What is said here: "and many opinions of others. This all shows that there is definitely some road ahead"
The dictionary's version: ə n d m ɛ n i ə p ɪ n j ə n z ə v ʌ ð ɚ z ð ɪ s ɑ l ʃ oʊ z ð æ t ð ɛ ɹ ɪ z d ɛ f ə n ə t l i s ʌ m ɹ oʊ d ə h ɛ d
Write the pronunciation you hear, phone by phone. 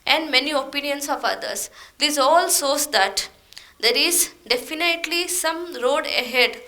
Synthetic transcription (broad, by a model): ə n d m ɛ n i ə p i n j ə n s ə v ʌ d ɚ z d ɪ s ɑ l s oʊ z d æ t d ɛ ɹ ɪ z d ɛ f ə n ə t l i s ʌ m ɹ oʊ d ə h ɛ d